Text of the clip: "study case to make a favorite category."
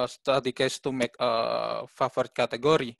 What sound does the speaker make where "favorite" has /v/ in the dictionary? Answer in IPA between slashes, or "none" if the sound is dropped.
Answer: /f/